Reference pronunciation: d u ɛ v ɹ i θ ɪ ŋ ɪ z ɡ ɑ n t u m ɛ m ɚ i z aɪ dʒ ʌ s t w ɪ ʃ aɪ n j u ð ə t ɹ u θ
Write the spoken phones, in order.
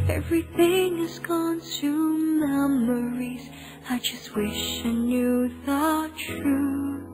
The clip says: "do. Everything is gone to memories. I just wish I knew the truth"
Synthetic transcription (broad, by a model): ɛ v ɹ i θ ɪ ŋ ɪ z ɡ ɑ n t u m ɛ m ɚ i z aɪ dʒ ʌ s t w ɪ ʃ aɪ n j u ð ə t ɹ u